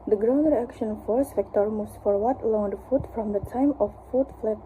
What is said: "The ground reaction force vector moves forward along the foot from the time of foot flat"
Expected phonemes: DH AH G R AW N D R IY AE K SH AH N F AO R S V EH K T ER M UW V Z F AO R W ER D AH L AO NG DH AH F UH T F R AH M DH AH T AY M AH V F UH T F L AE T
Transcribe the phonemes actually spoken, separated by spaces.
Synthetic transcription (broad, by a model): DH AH G R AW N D R IY AE K SH AH N F AO R S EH K T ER M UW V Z F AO R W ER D L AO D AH F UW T F R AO M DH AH T AY M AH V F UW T F L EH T